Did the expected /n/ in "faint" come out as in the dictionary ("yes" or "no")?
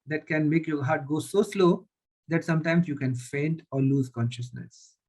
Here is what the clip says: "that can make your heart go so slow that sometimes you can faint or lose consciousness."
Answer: yes